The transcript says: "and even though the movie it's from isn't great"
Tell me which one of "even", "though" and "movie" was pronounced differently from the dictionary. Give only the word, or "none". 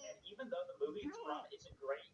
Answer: none